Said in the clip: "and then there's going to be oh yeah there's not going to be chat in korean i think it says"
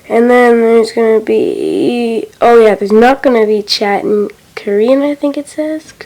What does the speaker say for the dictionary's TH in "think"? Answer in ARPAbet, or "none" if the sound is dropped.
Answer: TH